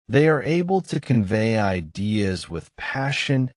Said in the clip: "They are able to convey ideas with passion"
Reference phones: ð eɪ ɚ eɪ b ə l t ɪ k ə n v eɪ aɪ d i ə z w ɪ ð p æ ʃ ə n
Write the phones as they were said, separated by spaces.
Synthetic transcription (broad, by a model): ð eɪ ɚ eɪ b ə l t ɪ k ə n v eɪ aɪ d i ə z w ɪ ð p æ ʃ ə n